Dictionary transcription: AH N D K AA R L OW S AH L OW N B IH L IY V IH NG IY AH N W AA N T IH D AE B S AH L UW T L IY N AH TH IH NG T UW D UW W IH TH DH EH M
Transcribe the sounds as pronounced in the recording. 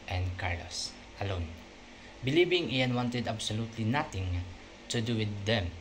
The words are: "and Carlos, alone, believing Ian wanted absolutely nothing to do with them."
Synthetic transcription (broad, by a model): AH N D K AA R L OW S AH L OW N B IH L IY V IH NG IY AH N W AA N T IH D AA B S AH L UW T L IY N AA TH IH NG T UW D UW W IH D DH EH M